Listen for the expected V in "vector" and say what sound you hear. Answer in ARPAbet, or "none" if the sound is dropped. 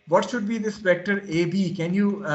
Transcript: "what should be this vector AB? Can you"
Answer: P